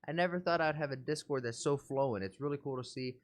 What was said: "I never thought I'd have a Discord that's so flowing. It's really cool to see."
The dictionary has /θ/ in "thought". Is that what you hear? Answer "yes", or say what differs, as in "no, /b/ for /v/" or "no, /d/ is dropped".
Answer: yes